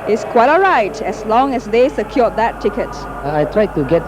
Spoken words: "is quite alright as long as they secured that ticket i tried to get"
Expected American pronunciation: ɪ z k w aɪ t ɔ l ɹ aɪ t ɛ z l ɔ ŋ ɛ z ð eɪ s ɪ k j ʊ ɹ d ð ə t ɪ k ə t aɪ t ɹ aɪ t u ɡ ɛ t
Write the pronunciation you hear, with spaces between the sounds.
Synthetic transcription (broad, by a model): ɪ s k w aɪ t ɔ ɹ aɪ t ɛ s l ɔ ŋ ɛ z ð eɪ s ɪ k j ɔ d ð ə t ɪ k ə t aɪ t ɹ aɪ t u ɡ ɛ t